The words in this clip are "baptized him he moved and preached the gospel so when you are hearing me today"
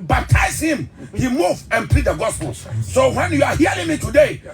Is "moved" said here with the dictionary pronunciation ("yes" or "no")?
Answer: no